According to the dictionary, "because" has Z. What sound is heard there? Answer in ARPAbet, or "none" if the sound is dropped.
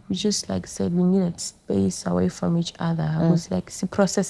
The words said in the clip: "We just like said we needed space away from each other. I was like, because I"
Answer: S